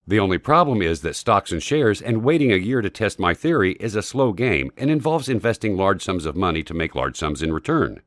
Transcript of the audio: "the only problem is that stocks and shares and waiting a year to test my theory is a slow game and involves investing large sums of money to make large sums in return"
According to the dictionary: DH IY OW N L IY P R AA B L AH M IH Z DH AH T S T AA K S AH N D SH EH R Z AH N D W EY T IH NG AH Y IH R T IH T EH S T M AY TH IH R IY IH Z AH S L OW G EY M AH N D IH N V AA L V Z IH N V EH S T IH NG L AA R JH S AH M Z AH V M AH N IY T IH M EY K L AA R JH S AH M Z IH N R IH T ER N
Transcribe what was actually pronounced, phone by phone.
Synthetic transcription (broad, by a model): DH IY OW N L IY P R AA B L AH M IH Z DH AH T S T AA K S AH N SH EH R Z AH N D W EY T IH NG AH Y IH R T IH T EH S T M AY TH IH R IY IH Z AH S L OW G EY M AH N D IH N V AA L V Z IH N V EH S T IH NG L AA R JH S AH M Z AH V M AH N IY T IH M EY K L AA R JH S AH M Z IH N R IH T ER N